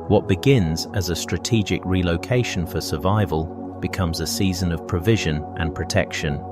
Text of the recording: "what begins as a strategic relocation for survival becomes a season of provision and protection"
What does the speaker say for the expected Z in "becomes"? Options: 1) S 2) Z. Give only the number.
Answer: 2